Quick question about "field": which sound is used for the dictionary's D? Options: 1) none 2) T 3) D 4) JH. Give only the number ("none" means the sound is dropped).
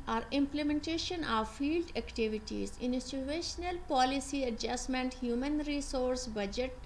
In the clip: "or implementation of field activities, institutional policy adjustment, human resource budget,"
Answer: 3